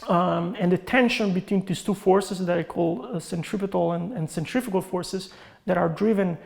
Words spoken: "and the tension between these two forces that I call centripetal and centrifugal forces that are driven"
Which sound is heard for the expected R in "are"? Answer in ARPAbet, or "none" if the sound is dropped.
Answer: R